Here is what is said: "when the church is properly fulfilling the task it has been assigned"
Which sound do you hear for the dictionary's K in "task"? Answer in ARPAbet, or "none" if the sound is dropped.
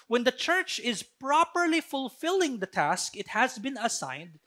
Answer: K